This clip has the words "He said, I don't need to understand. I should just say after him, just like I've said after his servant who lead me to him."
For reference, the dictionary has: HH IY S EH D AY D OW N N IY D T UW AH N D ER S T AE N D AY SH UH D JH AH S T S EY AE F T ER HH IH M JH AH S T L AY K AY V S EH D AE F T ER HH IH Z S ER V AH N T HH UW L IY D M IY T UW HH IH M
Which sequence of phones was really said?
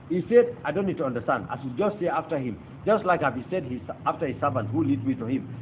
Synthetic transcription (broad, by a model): HH IY S EH D AY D OW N N IY D T UW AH N D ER S T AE N D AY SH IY JH AH S T S EY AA F T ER HH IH M JH AH S T L AY K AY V S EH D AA F T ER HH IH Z S ER V AH N T HH UW L IY D M IY T UW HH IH M